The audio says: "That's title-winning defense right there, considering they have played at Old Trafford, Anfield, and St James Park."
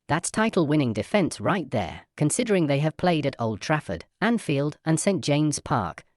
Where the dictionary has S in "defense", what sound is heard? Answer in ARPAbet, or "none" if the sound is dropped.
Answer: S